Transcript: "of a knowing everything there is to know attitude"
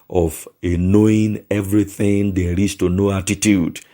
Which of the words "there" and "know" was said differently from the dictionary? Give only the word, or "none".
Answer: there